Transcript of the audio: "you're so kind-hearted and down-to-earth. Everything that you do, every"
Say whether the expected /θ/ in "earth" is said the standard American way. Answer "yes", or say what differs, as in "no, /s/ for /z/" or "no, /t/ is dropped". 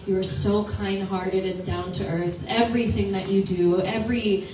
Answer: yes